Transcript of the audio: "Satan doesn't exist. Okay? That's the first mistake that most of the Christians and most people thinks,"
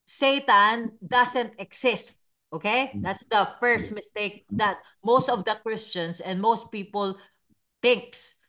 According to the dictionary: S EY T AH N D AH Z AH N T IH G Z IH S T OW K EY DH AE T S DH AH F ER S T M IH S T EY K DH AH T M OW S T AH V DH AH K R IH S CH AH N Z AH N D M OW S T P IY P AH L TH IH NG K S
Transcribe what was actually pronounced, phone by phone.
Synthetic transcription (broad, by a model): S EY T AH N D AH S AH N T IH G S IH S T OW K EY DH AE T S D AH F ER S T M IH S T EY K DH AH T M OW S T AH V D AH K R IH S CH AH N S AH N D M OW S T P IY P AH L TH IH NG K S